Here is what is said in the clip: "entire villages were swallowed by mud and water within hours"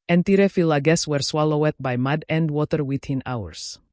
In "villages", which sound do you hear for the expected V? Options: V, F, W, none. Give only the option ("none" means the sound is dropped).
F